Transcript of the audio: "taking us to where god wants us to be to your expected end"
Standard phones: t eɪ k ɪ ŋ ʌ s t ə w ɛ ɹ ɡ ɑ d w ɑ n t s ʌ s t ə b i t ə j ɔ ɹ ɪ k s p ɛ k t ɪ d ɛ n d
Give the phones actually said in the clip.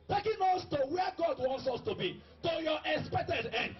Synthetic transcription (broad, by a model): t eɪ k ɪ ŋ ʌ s t ə w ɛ ɡ ɑ d w ɑ n t s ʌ s t ə b i t ə j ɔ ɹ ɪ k s p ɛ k t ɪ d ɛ n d